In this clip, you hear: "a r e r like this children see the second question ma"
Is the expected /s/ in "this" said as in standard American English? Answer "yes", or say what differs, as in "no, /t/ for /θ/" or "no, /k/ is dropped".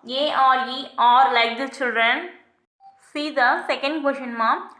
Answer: no, /s/ is dropped